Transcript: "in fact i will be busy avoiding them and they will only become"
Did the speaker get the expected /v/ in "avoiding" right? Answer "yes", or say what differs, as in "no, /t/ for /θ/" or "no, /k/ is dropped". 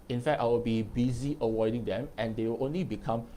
no, /w/ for /v/